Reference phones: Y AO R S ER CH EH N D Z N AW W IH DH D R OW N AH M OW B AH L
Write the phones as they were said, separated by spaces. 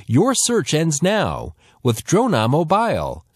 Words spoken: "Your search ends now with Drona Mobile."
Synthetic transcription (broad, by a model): Y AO R S ER CH EH N D Z N AW W IH DH D R OW N AH M OW B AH L